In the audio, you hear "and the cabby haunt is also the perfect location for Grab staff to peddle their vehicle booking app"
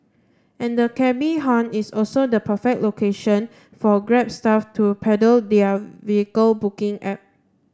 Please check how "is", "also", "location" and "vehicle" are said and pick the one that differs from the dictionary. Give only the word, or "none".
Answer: is